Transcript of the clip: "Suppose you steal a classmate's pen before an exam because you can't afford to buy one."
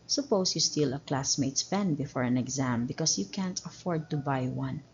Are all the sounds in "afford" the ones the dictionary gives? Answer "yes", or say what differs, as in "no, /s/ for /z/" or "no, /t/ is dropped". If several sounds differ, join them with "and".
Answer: yes